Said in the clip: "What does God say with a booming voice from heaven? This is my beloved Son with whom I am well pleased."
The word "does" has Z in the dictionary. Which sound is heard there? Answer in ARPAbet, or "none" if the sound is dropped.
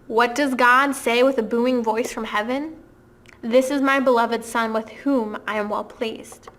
Z